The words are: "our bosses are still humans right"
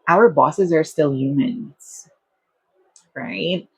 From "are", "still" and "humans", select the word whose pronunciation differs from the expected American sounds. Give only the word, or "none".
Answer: none